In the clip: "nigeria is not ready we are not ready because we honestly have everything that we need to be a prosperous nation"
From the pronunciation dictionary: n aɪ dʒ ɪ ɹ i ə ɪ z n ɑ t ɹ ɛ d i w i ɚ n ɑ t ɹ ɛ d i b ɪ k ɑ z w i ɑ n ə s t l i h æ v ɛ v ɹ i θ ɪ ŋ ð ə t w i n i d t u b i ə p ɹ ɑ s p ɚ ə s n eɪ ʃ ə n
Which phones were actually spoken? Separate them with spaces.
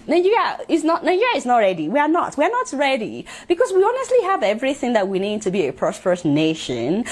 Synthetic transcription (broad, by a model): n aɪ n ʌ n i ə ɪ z n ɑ t ɹ ɛ d i w i ɚ n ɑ t ɹ ɛ d i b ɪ k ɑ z w i ɑ n ə s t l i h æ v ɛ v ɹ i θ ɪ ŋ ð ə t w i n i d t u b i ə p ɹ ɑ s p ɚ ə s n eɪ ʃ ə n